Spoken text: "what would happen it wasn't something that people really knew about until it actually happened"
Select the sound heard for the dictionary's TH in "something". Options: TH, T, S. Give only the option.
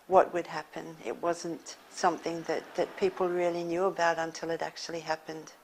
TH